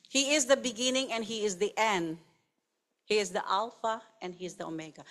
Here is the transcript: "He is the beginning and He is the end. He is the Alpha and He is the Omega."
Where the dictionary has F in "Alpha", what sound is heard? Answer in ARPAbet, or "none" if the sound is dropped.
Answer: F